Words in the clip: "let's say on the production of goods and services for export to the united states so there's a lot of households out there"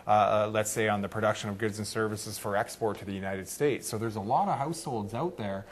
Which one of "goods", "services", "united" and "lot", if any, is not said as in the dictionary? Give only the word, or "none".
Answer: none